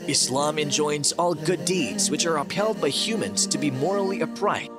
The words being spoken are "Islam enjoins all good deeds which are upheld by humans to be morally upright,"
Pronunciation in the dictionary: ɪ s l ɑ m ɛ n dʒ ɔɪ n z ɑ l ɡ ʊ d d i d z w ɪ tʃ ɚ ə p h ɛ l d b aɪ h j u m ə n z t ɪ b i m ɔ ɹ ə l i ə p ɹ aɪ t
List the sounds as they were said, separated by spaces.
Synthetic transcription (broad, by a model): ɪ s l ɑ m ɛ n dʒ ɔɪ n z ɑ l ɡ ʊ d d i d z w ɪ tʃ ɚ ə p h ɛ l d b aɪ h j u m ə n z t ɪ b i m ɔ ɹ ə l i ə p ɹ aɪ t